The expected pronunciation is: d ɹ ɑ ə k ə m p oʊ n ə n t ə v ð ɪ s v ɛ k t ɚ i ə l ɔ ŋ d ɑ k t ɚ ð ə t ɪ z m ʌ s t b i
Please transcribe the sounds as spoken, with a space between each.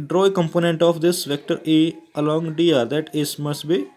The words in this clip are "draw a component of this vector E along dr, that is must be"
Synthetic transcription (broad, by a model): d ɹ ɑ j k ə m p oʊ n ə n t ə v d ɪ s v ɛ k t ɚ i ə l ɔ ŋ d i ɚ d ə t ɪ s m ʌ s t b i